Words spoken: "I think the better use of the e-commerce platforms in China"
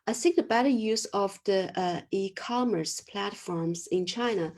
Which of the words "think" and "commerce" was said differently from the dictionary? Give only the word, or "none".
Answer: think